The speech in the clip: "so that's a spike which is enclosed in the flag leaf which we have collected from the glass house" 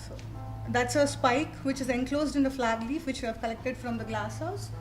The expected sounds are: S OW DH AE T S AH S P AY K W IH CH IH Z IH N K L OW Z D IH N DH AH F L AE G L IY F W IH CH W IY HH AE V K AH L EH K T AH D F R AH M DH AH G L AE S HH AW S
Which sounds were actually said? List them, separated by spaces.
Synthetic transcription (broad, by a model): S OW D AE T S AH S P AY K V IH CH IH Z IH N K L OW Z D IH N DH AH F L AE G L IY F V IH CH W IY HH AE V K AH L EH K T AH D F R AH M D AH G L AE S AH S